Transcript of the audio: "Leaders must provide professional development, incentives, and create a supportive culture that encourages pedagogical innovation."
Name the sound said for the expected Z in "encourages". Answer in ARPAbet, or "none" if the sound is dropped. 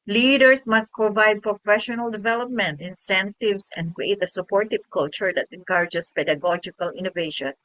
S